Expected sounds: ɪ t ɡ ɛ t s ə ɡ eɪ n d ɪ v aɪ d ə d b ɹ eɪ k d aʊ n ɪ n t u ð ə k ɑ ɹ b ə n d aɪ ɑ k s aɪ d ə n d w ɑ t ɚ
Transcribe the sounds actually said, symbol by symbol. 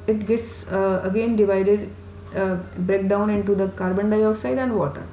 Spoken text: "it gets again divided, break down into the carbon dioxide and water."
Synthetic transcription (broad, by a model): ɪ t ɡ ɛ t s ə ɡ eɪ n d ɪ v aɪ d ə d b ɹ eɪ k d aʊ n ɪ n t u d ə k ɑ ɹ b ə n d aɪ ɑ s aɪ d ə n d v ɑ t ɚ